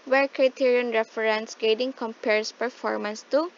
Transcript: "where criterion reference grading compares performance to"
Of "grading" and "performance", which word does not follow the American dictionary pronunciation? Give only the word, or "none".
grading